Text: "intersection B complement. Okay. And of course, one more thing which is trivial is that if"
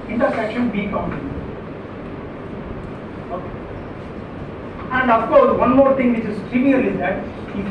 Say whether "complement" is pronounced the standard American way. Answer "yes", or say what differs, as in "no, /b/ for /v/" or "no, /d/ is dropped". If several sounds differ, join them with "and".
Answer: no, /l/ is dropped and /t/ is dropped